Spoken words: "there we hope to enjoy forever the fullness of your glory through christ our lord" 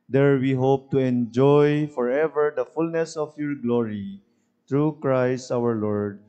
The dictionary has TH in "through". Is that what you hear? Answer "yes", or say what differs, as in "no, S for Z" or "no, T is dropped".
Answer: no, T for TH